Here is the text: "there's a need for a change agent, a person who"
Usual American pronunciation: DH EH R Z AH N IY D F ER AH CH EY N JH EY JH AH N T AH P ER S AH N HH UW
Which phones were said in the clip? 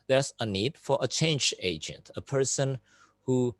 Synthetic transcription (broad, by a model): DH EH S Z AH N IY D F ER AH CH EY N JH EY JH AH N T AH P ER S AH N HH UW